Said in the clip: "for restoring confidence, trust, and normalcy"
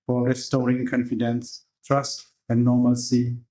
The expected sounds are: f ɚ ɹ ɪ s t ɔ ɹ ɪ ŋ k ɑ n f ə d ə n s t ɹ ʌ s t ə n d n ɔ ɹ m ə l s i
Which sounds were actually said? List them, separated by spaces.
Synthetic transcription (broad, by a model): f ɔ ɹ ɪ s t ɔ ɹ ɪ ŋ k ɑ n f ə d ə n s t ɹ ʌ s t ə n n ɔ m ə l s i